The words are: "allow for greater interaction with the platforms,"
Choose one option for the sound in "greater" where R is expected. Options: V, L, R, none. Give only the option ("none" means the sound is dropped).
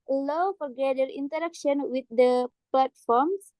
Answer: none